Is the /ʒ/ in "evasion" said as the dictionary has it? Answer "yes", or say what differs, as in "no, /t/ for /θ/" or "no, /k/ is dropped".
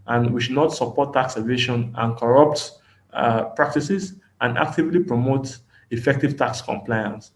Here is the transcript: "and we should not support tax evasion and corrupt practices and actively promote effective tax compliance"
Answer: no, /ʃ/ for /ʒ/